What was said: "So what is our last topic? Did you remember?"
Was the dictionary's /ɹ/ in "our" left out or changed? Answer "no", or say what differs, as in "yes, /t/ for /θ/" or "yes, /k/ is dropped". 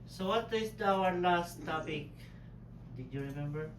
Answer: yes, /w/ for /ɹ/